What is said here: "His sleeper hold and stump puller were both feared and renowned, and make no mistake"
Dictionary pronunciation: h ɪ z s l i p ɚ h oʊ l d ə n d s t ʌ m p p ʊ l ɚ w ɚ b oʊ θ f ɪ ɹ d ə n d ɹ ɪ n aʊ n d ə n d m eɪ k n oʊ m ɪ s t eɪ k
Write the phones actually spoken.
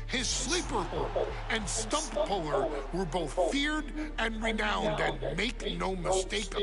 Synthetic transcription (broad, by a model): h ɪ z s l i p ɚ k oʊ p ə n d s t ʌ m p p ʊ l ɚ w ɚ b oʊ θ f ɪ ɹ d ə n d ɹ ɪ n aʊ n d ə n m eɪ k n oʊ m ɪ s t eɪ k